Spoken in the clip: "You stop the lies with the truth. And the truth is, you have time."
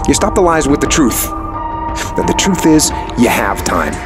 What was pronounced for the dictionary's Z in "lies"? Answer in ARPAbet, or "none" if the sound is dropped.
Z